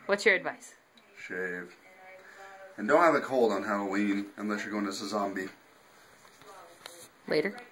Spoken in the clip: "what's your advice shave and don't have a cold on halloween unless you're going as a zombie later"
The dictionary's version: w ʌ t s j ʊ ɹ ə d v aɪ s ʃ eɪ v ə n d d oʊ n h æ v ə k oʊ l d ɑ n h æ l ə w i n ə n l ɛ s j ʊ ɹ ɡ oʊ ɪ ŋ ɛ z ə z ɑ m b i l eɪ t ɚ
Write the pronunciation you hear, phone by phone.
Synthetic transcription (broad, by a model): w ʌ t s j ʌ ɹ ə d v aɪ s ʃ eɪ v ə n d d oʊ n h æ v ə k oʊ l d n h æ l ə w i n ə n l ɛ s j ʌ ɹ ɡ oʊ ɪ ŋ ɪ s ə z ɑ m b i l eɪ t ɚ